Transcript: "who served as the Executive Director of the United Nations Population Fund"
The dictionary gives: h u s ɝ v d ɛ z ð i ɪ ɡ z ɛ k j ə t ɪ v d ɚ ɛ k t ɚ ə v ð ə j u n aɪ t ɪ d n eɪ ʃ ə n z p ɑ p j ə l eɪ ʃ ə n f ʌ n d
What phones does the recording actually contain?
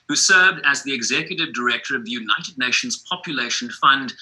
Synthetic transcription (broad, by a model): h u s ɝ v d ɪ z ð i ɪ ɡ z ɛ k j ə t ɪ v d ɚ ɛ k t ɚ ə v ð ə j u n aɪ t ɪ d n eɪ ʃ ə n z p ɑ p j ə l eɪ ʃ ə n f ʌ n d